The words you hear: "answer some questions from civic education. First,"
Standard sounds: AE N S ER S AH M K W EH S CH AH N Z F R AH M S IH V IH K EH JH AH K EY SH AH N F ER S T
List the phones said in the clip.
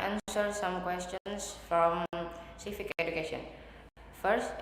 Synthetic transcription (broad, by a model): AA N S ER S AH M K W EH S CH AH N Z F R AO M S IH F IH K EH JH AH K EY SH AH N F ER S T